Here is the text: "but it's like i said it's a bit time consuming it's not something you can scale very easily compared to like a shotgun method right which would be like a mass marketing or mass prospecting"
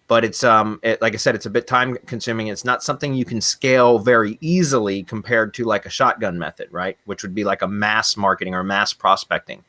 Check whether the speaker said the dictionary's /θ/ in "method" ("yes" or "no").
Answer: yes